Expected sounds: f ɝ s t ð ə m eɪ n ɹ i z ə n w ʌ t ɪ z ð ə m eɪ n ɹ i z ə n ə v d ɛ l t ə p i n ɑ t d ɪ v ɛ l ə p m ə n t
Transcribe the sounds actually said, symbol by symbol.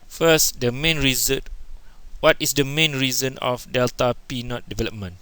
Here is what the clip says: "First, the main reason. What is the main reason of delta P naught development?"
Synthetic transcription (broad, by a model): f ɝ s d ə m eɪ n ɹ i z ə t w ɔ t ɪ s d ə m eɪ n ɹ i z ə n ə f d ɛ l t ə p i n ɑ t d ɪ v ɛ l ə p m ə n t